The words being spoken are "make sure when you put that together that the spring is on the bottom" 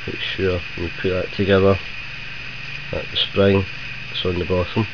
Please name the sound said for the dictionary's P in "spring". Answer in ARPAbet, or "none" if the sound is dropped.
P